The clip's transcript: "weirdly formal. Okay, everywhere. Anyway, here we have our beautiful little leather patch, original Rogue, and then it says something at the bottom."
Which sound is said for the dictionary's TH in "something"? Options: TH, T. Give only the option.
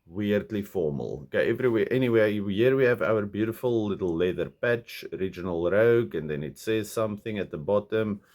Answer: TH